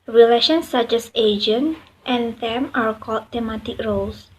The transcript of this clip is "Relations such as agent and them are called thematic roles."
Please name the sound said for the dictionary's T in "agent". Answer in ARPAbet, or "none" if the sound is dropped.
T